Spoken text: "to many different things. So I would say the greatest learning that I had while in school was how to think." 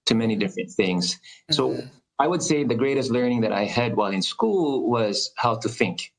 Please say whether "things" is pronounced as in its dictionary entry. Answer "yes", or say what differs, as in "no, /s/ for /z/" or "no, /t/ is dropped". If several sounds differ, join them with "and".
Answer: yes